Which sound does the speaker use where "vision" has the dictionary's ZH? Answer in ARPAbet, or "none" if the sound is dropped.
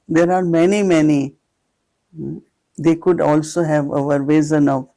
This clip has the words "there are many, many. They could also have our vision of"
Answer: Z